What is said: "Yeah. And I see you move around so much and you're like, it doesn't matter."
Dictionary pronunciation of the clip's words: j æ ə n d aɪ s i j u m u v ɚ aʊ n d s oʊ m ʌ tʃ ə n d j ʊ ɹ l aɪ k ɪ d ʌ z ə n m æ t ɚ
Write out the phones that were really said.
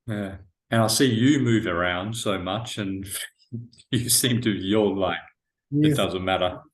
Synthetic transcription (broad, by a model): j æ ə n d aɪ s i j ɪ m u v ɚ aʊ n d s oʊ m ʌ tʃ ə n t j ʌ ɹ l aɪ k ɪ d ʌ z ə n m æ t ɚ